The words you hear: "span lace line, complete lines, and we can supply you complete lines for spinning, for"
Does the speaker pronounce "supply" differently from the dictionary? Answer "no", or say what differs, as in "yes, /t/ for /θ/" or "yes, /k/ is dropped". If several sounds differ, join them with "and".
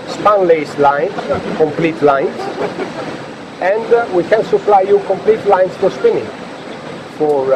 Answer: yes, /f/ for /p/